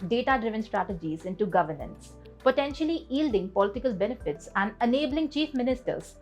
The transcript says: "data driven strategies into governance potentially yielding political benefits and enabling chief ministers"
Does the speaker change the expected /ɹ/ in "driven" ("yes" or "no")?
no